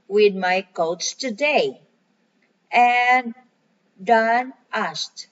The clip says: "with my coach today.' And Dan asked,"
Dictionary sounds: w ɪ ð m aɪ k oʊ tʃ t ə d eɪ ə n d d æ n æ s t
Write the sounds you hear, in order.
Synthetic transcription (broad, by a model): w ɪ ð m aɪ k oʊ s t ə d eɪ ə n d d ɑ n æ s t